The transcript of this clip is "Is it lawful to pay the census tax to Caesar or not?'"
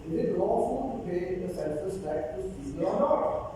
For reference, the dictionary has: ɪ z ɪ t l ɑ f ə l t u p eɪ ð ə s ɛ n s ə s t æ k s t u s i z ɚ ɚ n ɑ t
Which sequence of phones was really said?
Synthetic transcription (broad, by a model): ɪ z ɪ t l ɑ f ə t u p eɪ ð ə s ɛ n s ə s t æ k t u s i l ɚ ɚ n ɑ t